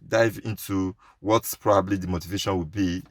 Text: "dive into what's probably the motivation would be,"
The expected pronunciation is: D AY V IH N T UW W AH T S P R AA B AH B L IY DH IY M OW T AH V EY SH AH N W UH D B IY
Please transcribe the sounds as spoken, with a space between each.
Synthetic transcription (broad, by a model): D AY V IH N T UW W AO T P R AA B AH B L IY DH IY M OW T AH V EY SH AH N W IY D B IY